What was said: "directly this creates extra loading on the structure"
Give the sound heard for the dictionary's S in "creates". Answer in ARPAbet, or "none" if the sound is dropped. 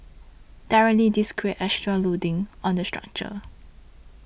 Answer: none